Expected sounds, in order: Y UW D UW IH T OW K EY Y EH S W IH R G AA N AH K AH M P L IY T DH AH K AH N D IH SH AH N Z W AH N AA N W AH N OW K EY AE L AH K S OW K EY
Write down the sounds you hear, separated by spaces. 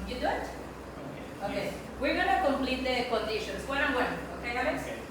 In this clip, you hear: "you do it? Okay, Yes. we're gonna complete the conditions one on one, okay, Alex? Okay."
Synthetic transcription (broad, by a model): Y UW D UW IH T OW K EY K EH W IH R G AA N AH K AH M P L IY T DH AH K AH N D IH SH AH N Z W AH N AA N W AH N OW K EY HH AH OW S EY